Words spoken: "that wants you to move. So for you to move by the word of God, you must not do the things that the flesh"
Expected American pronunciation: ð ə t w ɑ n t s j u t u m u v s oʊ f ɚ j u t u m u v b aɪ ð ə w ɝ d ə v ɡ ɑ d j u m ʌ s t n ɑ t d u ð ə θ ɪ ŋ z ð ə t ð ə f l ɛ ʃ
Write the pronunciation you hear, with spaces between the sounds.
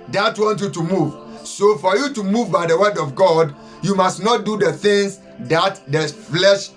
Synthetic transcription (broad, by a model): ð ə t w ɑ n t j u t u m u v s oʊ f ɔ j u t u m u v b aɪ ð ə w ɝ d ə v ɡ ɑ d j u m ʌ s t n ɑ t d u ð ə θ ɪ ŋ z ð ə t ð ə f l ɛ ʃ